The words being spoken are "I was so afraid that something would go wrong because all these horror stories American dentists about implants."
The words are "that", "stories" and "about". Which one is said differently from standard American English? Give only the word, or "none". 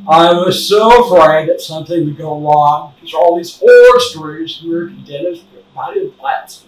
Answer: about